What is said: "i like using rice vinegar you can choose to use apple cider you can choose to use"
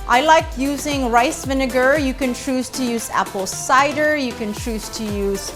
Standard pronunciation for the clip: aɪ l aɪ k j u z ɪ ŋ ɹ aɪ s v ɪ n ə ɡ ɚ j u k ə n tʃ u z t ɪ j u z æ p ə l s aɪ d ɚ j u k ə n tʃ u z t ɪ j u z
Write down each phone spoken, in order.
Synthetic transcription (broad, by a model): aɪ l aɪ k j u z ɪ ŋ ɹ aɪ s v ɪ n ə ɡ ɚ j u k ə n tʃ u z t ɪ j u z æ p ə l s aɪ d ɚ j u k ə n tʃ u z t ɪ j u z